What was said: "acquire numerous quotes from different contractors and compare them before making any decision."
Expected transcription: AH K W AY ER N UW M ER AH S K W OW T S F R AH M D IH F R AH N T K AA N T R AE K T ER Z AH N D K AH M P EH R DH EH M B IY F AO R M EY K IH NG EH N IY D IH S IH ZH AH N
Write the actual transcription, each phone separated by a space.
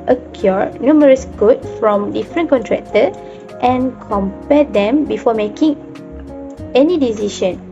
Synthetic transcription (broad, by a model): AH K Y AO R N UW M ER AH S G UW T F R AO M D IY F R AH N K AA N T R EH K T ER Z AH N K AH M P EH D EH M B IY F AO M EY K IH NG EH N IY D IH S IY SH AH N